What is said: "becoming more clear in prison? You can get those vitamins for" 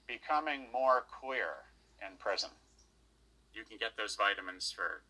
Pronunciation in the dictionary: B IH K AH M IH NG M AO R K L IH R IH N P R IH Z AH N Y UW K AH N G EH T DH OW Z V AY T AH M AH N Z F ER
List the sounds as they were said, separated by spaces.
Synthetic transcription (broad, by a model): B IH K AH M IH NG M AO R K W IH R IH N P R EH Z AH N Y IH K N G EH T DH OW Z V AY T AH M AH N Z F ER